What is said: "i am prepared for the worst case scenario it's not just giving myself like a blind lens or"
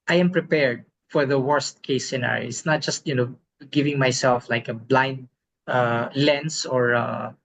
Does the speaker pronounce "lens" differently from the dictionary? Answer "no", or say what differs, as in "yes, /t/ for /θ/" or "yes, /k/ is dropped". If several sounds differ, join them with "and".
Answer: yes, /s/ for /z/